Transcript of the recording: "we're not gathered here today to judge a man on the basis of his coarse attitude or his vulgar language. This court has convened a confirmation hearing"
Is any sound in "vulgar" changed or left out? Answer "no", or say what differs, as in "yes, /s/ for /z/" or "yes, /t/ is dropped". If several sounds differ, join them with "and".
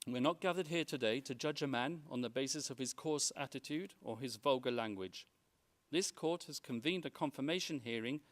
no